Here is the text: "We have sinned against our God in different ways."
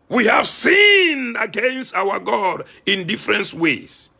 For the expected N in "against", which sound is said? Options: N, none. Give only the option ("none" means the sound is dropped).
N